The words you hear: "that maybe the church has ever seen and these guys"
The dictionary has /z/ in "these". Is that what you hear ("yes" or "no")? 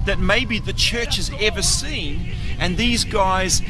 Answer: yes